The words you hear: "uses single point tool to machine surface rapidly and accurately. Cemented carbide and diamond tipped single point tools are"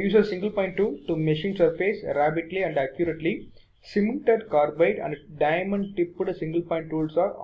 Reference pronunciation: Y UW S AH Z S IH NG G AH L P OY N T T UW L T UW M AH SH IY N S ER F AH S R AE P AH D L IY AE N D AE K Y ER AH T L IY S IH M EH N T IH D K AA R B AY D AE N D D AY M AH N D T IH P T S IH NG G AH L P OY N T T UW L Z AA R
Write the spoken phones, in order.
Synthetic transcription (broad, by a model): Y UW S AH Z S IH NG G AH L P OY N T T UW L T UW M AH SH IY N S ER F AH S R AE B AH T L IY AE N D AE K Y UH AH T L IY S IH M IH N T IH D K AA R B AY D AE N D D AY M AH N D T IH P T S IH NG G AH L P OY N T T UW L S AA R